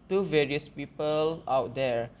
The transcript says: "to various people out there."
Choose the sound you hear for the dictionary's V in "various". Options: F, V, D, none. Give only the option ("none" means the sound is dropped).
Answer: V